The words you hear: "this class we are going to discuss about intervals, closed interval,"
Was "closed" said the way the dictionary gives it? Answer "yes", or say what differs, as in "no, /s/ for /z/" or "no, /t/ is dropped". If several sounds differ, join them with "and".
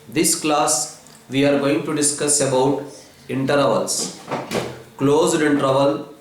yes